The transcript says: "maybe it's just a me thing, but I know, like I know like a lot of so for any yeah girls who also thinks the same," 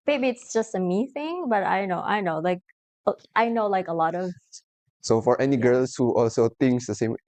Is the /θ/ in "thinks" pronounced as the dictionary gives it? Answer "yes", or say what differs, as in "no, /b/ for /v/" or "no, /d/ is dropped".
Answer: no, /t/ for /θ/